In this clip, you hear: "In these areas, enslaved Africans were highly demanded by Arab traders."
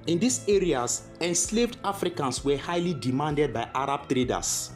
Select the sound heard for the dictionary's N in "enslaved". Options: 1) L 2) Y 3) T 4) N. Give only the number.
4